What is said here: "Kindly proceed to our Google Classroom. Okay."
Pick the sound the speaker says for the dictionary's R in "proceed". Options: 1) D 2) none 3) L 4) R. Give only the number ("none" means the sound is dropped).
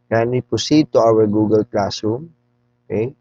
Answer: 2